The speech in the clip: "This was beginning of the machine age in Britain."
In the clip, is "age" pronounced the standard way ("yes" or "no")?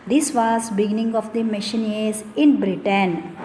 no